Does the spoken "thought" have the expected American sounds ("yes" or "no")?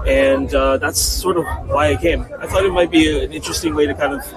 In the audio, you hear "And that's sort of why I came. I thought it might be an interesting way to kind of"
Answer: yes